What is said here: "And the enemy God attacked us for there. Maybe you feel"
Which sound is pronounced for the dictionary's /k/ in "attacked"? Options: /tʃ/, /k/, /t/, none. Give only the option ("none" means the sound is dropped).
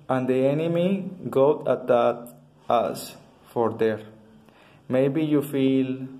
none